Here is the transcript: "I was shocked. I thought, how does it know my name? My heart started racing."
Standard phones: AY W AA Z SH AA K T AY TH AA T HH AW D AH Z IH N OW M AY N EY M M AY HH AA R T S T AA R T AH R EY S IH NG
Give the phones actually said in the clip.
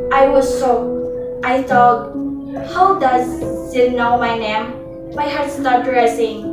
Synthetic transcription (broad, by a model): AY W AA Z S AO T AY TH AA T HH AW D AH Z IH N OW M AY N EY M M AY HH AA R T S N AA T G R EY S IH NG